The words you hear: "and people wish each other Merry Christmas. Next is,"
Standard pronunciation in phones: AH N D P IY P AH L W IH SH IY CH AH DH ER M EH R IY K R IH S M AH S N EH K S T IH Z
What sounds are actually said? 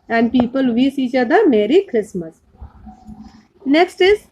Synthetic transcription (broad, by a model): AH N D P IY P AH L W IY S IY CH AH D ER M EH R IY K R IH S M AH S N EH K S T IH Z